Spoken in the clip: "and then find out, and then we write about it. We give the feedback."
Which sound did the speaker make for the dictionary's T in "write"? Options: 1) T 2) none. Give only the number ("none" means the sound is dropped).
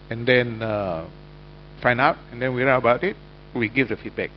2